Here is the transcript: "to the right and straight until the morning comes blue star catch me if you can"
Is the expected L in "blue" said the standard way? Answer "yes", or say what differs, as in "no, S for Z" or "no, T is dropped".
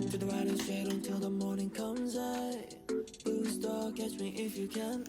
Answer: no, L is dropped